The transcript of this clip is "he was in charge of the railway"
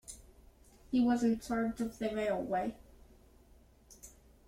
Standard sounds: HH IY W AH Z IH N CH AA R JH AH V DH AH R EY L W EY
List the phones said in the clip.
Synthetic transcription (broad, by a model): HH IY W AH Z IH N S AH R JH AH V DH AH R EY L W EY